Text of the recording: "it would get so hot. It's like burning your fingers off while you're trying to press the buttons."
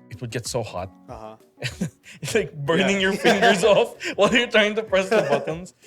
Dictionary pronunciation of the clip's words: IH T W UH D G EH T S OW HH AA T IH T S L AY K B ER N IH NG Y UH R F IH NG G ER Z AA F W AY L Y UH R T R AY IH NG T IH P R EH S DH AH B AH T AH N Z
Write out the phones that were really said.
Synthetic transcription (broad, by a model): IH T W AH D G EH T S OW HH AA T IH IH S L AY K B ER N IH NG Y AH R F IH NG G ER Z AA F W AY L Y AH R T R AY IH NG T IH P R EH S DH AH B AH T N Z